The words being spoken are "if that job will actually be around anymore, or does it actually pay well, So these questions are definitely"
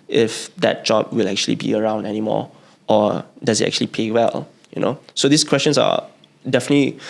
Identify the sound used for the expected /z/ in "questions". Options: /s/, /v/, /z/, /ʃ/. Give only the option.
/s/